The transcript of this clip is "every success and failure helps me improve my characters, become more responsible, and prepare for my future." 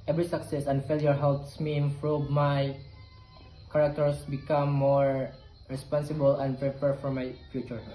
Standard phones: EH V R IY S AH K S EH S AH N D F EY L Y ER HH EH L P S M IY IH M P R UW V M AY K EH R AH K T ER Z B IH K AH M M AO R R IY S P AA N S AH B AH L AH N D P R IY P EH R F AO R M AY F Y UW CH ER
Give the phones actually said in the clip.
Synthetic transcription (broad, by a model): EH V R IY S AH K S EH S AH N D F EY L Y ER HH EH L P S M IY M F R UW M AY K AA R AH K T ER S B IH K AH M M AO R R IY S P AA N S AH B AH L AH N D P R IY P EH R F AO R M AY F Y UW CH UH